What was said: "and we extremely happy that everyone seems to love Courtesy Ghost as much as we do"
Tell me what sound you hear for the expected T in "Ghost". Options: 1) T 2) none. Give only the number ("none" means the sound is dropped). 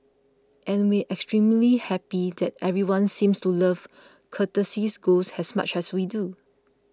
2